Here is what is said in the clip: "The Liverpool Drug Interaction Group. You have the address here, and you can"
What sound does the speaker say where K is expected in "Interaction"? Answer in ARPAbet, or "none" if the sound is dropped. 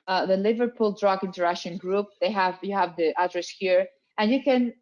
none